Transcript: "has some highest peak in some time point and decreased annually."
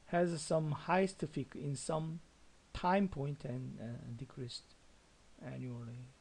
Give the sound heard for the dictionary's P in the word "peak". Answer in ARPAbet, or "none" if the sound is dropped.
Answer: F